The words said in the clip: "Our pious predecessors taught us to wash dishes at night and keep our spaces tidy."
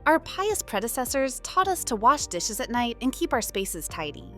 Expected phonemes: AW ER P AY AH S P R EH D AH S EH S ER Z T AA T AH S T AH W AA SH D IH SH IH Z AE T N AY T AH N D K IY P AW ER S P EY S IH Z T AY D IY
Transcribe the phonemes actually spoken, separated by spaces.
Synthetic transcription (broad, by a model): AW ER P AY AH S P R EH D AH S EH S ER Z T AA T AH S T AH W AA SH D IH SH IH Z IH T N AY T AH N K IY P AW ER S P EY S IH Z T AY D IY